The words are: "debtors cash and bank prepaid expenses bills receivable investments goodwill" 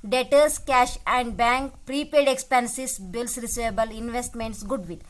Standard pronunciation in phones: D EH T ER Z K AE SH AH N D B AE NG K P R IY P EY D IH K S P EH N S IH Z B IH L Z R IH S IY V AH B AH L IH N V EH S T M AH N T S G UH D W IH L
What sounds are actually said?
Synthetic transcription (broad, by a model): D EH T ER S K AE SH AH N D B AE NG K P R IY P EY D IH K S P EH N S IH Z B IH L S R IH S IY V AH B AH L IH N V EH S T M AH N T S G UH D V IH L